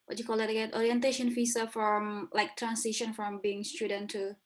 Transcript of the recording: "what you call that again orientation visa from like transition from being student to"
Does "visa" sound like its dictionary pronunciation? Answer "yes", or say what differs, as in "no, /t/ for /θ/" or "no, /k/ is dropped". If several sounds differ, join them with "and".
no, /f/ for /v/